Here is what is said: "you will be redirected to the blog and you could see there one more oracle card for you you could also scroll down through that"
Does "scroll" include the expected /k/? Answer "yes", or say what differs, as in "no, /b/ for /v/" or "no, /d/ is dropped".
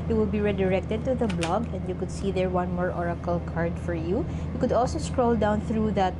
yes